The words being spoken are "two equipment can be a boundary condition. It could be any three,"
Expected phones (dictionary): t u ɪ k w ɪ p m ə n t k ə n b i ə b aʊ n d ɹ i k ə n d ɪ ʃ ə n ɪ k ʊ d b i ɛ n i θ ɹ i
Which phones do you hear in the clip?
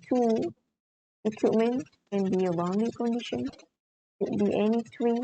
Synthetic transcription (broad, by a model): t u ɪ k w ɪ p m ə n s k ə n b i ə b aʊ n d i k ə n d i ʃ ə n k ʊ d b i ɛ n i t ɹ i